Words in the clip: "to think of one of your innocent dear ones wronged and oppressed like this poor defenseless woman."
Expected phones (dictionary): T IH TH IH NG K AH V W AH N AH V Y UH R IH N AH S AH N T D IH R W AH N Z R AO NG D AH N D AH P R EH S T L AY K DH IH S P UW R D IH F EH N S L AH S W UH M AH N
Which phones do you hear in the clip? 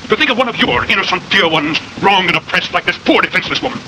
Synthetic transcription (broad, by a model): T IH TH IH NG K AH V W AH N AH V Y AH R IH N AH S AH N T D IH R W AH N Z R AO NG AH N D AH P R EH S T L AY K DH IH S P UW R D IH F EH N S L AH S W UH M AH N